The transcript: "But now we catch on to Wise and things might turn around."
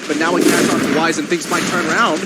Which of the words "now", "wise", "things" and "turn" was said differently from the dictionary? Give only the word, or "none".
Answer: none